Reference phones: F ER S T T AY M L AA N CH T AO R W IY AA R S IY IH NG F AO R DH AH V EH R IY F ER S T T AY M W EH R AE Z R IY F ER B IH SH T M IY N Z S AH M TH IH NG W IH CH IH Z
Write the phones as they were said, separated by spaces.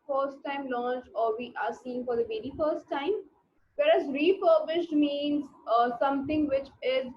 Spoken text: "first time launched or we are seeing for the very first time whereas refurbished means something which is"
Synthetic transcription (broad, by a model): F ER S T T AY M L AA N CH T AO R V IY AA R S IY IH NG F AO R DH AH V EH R IY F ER S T T AY M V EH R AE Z R IY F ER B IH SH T M IY N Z S AH M T IH NG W IH CH IH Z